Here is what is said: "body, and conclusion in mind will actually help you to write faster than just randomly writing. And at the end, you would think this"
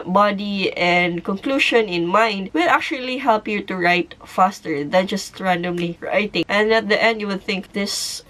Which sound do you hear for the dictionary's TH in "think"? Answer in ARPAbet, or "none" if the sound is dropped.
TH